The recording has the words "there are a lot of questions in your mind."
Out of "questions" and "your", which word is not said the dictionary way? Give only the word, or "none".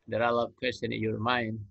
questions